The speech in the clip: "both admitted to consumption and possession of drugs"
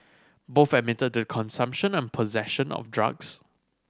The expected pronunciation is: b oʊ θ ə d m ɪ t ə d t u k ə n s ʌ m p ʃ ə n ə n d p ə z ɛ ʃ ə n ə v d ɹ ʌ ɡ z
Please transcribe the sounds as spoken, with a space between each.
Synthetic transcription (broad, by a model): b oʊ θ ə m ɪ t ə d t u k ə n s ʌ m p ʃ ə n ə n p ə z ɛ ʃ ə n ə f d ɹ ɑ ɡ s